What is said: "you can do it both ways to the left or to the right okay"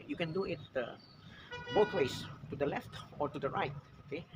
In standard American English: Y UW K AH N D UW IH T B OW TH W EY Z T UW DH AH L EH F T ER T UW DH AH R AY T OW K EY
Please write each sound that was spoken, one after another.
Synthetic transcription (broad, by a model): Y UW K AH N D UW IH T B OW T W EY S T UW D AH L EH F T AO T UW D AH R AY T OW K EY